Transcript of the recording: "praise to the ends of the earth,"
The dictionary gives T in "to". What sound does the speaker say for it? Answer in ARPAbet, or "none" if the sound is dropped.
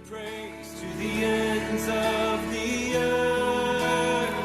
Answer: T